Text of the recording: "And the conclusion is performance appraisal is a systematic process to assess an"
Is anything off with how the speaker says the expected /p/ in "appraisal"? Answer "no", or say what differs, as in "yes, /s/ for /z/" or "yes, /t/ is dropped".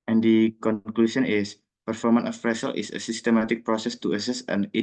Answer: yes, /f/ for /p/